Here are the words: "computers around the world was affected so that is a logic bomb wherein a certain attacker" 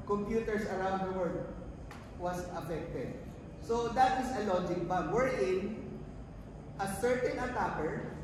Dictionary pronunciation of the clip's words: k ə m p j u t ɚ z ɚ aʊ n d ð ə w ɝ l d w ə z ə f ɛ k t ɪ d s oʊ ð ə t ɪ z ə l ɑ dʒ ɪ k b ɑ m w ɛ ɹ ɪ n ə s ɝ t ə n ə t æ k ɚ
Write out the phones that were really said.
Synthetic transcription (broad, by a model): k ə m p j u t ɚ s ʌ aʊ n d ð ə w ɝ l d w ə s ə f ɛ k t ɪ d s oʊ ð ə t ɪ s ə l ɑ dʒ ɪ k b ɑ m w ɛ ɹ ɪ n ə s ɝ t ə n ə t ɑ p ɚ